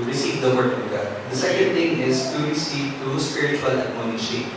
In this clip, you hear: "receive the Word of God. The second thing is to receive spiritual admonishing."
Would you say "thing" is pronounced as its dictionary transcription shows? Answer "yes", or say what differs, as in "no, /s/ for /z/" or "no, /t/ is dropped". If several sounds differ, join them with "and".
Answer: no, /t/ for /θ/